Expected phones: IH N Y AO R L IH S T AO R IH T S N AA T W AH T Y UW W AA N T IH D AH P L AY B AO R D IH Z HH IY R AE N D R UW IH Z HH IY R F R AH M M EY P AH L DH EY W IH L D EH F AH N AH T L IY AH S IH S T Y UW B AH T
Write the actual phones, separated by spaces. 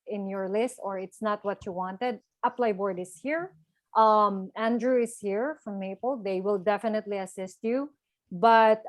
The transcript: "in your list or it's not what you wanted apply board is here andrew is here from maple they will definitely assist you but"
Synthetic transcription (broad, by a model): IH N Y AO R L IH S T AO R IH T S N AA T W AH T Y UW W AA N T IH D AH P L AY B AO R D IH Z HH IY R AE N D R UW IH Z HH IY R F R AH M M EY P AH L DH EY W IH L D EH F AH N AH T L IY AH S IH S T Y UW B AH T